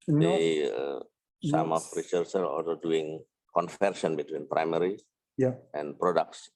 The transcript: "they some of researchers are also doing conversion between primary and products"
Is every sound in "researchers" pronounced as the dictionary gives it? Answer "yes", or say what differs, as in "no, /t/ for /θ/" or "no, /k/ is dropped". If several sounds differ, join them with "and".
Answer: no, /s/ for /tʃ/